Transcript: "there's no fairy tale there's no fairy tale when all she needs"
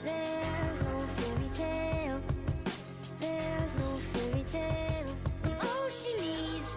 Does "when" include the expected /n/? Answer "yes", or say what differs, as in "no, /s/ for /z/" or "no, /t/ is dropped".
no, /n/ is dropped